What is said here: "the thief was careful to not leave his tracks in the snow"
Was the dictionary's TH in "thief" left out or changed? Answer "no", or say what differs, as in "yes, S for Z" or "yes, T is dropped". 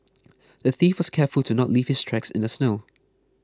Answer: no